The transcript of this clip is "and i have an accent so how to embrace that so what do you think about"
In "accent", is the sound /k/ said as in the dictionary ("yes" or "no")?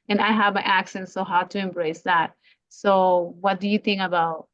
yes